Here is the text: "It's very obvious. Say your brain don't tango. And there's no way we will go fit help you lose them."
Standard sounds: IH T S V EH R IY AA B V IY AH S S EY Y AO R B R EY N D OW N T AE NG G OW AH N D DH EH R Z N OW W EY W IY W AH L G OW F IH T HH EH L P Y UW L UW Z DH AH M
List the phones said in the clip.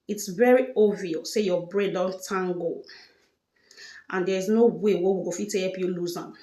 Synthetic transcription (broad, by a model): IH T S V EH R IY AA V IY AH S S EY Y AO B R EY D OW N T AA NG G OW AH N D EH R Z N OW W EY W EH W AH G OW F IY T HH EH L P Y UW L UW Z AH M